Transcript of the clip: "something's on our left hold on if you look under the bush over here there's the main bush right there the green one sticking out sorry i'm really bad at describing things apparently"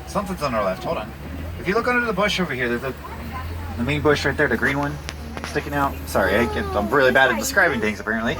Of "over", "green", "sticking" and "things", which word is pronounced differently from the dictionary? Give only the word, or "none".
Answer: none